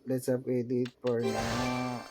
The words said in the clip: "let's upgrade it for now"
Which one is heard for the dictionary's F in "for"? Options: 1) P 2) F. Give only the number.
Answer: 1